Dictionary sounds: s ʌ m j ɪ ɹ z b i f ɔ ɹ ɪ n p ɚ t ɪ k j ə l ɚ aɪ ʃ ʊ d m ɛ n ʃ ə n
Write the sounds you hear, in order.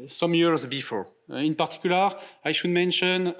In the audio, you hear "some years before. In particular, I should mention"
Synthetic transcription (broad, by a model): s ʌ m j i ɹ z b i f ɔ ɹ ɪ n p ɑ t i k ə l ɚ aɪ ʃ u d m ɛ n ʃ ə n